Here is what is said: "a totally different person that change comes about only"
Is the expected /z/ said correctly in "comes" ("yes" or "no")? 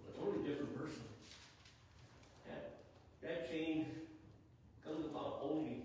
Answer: yes